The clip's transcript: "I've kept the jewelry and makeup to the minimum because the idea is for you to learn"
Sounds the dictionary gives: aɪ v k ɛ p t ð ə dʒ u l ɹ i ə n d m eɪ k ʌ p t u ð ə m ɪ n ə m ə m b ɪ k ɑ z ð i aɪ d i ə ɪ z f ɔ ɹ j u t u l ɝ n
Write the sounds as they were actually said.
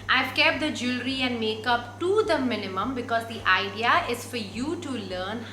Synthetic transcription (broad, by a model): aɪ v k ɛ p t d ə dʒ u l ɹ i ə n d m eɪ k ʌ p t u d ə m ɪ n ə m ə m b ɪ k ɑ z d i aɪ d i ə ɪ z f ɔ ɹ j u t u l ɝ n